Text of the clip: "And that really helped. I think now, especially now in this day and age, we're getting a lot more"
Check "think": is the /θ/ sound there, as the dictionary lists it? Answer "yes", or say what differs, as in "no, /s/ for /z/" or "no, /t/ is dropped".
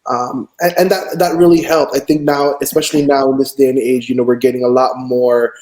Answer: yes